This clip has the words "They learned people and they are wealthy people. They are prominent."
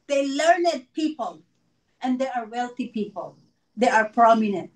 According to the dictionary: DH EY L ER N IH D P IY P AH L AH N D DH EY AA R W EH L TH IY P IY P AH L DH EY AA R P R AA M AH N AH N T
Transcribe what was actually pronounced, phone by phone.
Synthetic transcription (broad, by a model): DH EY L ER N IH D P IY P AH L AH N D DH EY AA R W EH L TH IY P IY P AH L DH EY AA R P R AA M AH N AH N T